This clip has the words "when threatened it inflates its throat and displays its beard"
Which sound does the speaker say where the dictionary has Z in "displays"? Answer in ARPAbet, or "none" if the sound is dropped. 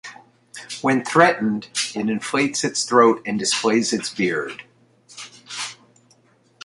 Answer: Z